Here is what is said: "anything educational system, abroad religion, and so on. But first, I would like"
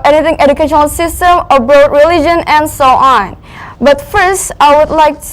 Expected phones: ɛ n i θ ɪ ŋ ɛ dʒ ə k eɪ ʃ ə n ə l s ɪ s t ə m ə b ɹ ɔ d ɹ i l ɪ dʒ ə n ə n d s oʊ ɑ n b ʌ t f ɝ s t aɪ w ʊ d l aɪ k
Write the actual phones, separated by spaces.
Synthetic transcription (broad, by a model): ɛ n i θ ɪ ŋ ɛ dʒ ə k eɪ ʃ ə n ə l s ɪ s t ə m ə b ɹ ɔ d ɹ i l ɪ dʒ ə n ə n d s oʊ ɑ n b ʌ t f ɝ s t aɪ w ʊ d l aɪ k